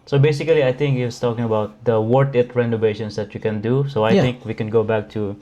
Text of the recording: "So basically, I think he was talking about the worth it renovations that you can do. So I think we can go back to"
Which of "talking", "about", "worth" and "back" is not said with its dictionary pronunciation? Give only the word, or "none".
worth